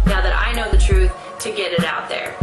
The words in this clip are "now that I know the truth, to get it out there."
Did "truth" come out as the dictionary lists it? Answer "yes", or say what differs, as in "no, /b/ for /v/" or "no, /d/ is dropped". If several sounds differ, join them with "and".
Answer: yes